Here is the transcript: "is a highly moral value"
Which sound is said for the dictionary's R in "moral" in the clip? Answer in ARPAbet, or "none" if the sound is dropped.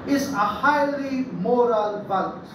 R